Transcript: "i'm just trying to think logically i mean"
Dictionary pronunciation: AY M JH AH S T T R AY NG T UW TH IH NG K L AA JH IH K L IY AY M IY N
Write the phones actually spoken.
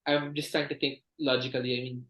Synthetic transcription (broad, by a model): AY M JH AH S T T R AY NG T UW T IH NG K L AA JH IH K L IY AY M IY N